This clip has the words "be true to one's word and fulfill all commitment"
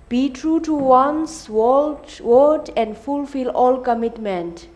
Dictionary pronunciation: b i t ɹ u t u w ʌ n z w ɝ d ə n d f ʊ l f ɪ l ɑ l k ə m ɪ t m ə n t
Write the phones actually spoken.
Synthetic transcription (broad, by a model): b i t ɹ u t u w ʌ n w w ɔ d ə n d f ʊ l f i l ɑ l k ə m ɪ t m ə n t